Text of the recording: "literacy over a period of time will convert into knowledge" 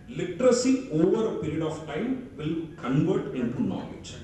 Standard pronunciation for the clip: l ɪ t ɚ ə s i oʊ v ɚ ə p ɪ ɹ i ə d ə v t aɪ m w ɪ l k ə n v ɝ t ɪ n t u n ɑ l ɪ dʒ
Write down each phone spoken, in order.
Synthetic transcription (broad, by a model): l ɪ t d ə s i oʊ v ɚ ə p ɪ ɹ i ə d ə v t aɪ m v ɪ l k ə n v ɝ t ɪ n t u n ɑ l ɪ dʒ